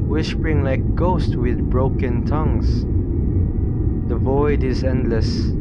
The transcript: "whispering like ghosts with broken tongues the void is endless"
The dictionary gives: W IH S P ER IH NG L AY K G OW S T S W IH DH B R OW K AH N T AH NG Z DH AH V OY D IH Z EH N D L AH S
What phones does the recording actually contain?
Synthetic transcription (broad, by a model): W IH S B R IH NG L AY K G OW S T W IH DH B R OW K AH N T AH NG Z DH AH V OY D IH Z EH N D L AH S